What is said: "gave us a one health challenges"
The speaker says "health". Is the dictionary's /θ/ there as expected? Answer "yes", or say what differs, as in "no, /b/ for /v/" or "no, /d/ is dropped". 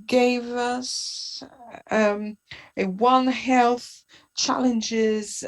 yes